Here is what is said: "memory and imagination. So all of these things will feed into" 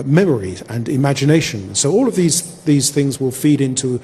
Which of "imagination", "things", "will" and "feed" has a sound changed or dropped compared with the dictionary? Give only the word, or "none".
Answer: none